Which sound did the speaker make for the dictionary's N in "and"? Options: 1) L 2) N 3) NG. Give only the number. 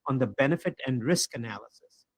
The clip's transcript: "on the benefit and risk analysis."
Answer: 2